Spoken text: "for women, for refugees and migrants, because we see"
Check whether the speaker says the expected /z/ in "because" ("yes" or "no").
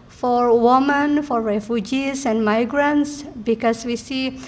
no